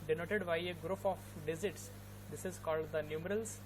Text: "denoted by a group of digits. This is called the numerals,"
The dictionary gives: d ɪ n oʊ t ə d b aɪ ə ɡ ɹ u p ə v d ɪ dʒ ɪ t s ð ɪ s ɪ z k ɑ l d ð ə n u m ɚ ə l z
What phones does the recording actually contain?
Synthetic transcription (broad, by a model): d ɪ n oʊ t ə d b aɪ ə ɡ ɹ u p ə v d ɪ z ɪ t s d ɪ s ɪ z k ɑ l d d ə n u m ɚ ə l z